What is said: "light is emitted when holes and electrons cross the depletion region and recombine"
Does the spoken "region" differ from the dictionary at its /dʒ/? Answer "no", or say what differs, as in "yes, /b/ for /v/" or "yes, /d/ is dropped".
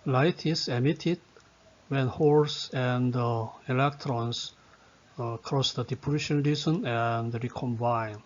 yes, /z/ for /dʒ/